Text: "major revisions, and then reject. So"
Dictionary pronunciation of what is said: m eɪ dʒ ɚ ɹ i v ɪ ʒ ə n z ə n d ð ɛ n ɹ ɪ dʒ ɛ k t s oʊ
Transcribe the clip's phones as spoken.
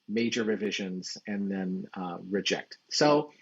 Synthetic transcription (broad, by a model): m eɪ dʒ ɚ ɹ i v ɪ ʒ ə n z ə n ð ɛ n ɹ ɪ dʒ ɛ k t s oʊ